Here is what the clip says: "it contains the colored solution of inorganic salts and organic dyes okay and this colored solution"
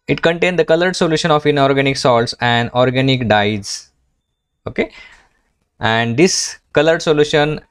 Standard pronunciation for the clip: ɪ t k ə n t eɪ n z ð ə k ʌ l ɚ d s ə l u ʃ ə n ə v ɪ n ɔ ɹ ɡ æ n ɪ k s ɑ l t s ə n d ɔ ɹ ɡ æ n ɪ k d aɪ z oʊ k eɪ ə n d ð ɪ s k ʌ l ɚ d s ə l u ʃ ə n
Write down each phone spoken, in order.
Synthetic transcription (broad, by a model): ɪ t k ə n t eɪ n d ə k ʌ l ɚ d s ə l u ʃ ə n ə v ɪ n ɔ ɹ ɡ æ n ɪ k s ɑ l t s ə n d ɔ ɹ ɡ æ n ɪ k d aɪ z oʊ k eɪ ə n d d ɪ s k ʌ l ɚ d s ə l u ʃ ə n